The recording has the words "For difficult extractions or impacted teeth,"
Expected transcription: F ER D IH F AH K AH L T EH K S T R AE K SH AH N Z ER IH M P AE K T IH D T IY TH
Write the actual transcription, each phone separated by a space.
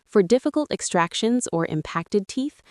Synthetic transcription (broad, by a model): F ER D IH F AH K AH L T EH K S T R AE K SH AH N Z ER IH M P AE K T IH D T IY TH